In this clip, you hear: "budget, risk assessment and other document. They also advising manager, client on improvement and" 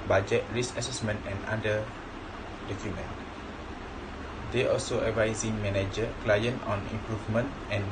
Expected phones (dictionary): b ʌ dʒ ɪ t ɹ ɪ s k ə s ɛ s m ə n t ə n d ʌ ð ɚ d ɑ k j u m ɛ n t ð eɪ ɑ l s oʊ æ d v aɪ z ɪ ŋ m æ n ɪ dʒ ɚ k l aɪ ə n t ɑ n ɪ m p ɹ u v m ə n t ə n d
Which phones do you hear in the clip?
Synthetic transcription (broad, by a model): b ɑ dʒ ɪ t ɹ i s ə s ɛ s m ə n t ə n d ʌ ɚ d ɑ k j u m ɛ n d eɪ ɑ l s oʊ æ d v aɪ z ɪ ŋ m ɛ n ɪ dʒ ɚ k l aɪ ə n t ɑ n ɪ m p ɹ u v m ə n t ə n